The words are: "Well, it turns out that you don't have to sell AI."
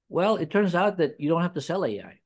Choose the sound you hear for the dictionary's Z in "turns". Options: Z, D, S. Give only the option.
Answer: Z